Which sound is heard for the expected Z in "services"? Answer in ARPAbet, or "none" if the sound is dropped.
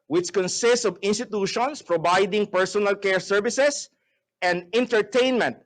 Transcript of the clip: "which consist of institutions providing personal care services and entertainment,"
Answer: S